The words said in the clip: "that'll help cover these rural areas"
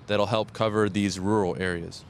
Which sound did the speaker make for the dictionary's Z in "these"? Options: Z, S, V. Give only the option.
Z